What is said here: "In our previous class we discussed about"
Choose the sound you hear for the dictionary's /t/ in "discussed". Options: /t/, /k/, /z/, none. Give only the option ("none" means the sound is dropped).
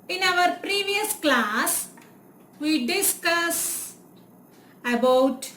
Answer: none